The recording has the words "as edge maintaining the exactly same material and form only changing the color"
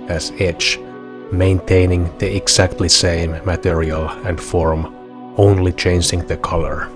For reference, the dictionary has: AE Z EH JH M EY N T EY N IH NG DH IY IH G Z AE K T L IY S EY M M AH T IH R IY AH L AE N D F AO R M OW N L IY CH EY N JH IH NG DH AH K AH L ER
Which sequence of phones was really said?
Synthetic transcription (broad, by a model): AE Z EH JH M EY N T EY N IH NG DH IY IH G S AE K T L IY S EY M M AH T IH R IY AH L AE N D F AO R M OW N L IY CH EY N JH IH NG DH AH K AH L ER